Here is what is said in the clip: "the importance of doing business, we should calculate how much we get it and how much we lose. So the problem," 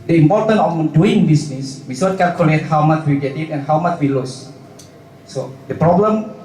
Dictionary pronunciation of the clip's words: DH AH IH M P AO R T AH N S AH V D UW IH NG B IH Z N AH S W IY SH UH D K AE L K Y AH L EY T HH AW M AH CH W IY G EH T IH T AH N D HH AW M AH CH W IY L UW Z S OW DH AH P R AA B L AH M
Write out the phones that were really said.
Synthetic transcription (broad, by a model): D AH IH M P AO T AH N AH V D UW IH NG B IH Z N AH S W IY S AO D K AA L K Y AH L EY T HH AW M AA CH W IY G EH T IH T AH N HH AW M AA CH W IY L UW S S OW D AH P R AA B L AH M